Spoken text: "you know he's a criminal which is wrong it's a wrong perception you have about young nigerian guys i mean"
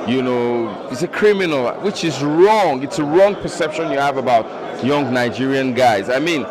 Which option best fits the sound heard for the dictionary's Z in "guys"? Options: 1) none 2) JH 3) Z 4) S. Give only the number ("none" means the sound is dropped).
3